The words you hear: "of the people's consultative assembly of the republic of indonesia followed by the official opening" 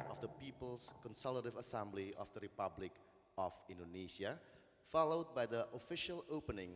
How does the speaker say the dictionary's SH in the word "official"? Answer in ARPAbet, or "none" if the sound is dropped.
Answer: SH